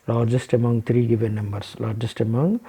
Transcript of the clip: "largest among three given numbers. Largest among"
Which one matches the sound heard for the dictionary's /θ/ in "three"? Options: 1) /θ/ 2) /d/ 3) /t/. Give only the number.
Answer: 3